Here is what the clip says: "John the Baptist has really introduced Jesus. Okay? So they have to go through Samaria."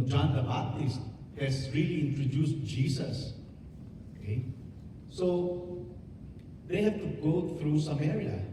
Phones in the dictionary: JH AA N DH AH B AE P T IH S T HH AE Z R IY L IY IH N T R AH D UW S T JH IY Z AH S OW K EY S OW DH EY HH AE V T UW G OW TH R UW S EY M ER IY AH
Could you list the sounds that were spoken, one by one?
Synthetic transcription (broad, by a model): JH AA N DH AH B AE T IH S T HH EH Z R IY L IY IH N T R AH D UW S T JH IY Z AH S OW K EY S OW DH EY HH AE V T UW G OW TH R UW S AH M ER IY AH